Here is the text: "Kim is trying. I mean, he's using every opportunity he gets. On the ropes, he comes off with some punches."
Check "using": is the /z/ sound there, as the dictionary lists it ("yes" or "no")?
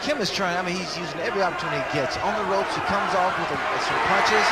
yes